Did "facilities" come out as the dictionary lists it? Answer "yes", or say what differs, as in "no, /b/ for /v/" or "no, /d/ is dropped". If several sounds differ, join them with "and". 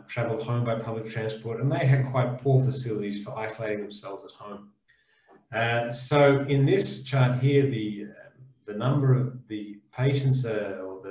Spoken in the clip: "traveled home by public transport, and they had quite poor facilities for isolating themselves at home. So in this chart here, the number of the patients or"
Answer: yes